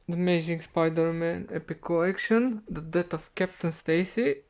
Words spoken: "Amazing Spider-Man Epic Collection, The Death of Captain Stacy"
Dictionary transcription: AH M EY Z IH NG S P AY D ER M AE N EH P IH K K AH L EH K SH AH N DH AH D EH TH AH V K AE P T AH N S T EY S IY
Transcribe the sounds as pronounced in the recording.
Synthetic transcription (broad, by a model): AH M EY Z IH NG S P AY D ER M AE N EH P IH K K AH EH K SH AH N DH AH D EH T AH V K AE P T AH N S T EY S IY